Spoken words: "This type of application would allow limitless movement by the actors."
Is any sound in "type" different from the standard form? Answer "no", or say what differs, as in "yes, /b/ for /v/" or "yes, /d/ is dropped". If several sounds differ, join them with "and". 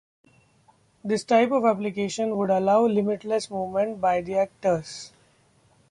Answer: no